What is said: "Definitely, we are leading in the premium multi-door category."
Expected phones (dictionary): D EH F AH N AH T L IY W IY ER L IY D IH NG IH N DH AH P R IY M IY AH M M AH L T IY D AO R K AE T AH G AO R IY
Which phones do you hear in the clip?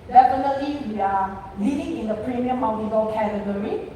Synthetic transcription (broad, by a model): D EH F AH N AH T L IY W IY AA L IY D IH NG IH N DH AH P R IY M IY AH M M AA W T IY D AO L K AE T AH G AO R IY